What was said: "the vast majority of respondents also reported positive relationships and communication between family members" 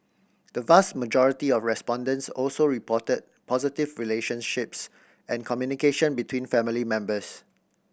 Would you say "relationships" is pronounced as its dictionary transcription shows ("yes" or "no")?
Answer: yes